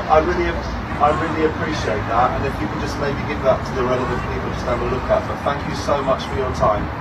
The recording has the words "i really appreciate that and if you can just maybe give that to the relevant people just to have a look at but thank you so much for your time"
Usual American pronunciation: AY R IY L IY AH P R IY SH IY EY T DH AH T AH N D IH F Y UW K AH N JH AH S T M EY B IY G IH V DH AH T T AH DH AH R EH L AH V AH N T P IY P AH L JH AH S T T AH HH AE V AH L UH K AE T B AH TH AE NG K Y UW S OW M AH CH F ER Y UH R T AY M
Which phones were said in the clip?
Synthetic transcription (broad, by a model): AY R IY L IY AH P R IY SH IY EY T DH AH T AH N IH F Y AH K AH N JH AH S T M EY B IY G IH V DH AH T T AH DH AH R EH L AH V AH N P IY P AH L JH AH S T T AH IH B AH L UH K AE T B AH TH AE NG K Y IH S OW M AH CH F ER Y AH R T AY M